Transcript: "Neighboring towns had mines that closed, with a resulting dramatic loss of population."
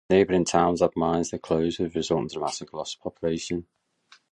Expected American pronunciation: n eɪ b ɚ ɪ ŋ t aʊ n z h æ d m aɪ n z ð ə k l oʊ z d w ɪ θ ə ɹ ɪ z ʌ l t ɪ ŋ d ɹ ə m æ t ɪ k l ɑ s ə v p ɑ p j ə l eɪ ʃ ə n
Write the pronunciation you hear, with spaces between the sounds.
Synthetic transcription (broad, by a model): n eɪ b ɚ ɪ ŋ t aʊ n z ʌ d m aɪ n z ð ə k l oʊ z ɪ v ɹ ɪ z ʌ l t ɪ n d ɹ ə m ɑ s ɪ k l ɑ s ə p ɑ p j ə l eɪ ʃ ə n